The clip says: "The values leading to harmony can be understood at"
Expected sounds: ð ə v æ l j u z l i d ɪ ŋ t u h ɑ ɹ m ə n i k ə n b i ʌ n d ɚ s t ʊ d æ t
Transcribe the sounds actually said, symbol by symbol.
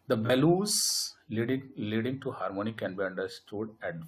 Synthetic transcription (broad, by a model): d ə b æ l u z l i d ɪ ŋ t u h ɑ ɹ m ə n i k ə n b i ʌ n d ɚ s t ʊ d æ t